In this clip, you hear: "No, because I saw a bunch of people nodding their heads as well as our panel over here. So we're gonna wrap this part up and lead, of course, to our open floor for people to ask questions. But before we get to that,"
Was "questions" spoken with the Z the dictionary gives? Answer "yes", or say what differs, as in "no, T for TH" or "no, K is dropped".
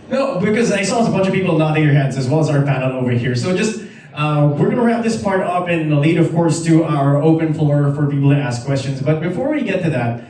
yes